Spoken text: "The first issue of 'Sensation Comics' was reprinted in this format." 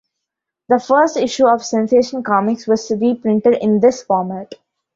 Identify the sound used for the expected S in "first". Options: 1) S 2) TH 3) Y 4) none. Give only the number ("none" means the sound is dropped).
1